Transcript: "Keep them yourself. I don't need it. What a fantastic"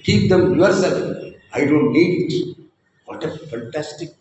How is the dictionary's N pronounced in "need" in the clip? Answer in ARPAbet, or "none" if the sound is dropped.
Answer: L